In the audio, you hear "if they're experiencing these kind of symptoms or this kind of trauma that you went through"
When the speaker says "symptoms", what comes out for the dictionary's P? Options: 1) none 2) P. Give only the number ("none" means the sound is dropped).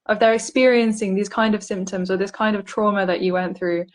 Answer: 2